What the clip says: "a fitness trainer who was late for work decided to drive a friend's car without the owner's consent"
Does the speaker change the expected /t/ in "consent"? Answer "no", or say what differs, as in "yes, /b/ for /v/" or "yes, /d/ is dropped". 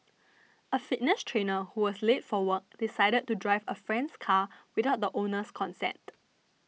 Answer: no